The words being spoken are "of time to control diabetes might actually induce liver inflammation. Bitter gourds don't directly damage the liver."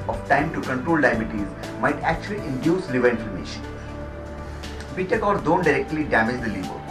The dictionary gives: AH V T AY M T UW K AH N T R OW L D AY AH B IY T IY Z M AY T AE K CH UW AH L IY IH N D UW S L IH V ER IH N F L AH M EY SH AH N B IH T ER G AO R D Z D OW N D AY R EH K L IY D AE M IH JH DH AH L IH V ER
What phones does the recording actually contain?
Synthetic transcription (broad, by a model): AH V T AY M T UW K AH N T R OW L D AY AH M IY T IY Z M AY T AE K CH UW AH L IY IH N D UW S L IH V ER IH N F AH M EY SH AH N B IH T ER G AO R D D OW N D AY R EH K L IY D AE M IH JH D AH L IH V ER